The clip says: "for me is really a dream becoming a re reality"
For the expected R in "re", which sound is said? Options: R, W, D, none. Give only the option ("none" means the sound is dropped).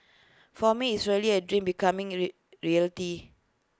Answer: R